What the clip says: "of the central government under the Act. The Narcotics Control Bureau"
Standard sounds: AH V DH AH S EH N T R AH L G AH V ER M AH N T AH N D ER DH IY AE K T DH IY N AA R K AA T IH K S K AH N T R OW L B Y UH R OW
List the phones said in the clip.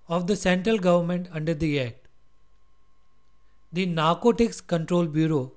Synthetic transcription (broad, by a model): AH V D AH S EH N T R AH L G AH V ER M AH N T AH N D ER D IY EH T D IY N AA R K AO T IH K S K AH N T R OW L B Y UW R OW